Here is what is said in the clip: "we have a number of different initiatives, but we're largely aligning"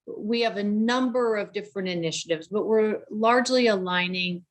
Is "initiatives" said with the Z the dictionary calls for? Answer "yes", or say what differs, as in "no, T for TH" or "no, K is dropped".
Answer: yes